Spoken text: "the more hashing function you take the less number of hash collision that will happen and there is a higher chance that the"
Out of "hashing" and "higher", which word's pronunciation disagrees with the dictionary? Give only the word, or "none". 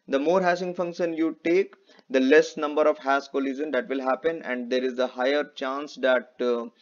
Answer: hashing